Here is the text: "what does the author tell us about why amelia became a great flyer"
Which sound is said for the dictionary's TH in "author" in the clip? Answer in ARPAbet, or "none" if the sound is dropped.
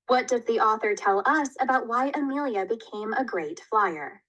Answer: TH